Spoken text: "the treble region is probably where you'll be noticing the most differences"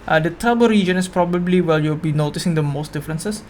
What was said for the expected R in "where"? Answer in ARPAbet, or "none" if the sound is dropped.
L